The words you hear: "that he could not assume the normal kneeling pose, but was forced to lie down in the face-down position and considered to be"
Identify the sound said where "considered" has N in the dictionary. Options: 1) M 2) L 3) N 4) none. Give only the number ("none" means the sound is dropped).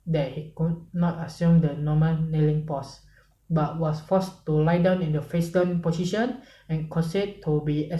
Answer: 4